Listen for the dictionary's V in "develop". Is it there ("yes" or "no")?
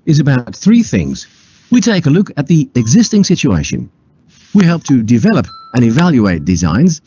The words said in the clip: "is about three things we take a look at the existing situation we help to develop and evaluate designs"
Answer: yes